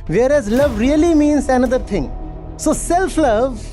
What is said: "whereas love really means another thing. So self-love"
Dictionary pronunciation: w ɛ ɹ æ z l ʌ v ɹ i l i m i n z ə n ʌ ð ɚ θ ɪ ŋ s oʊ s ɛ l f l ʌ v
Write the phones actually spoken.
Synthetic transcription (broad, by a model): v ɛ ɹ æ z l ʌ v ɹ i l i m i n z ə n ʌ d ɚ t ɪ ŋ s oʊ s ɛ l f l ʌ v